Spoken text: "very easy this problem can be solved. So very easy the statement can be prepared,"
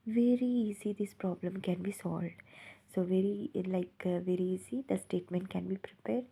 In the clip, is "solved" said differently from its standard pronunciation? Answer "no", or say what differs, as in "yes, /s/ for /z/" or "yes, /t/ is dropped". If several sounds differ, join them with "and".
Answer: no